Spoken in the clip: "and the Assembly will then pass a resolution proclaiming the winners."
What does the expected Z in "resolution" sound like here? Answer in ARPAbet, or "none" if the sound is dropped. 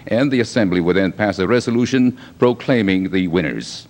Z